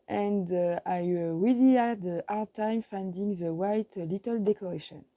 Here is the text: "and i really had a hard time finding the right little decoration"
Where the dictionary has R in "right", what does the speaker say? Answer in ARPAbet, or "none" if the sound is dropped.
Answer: W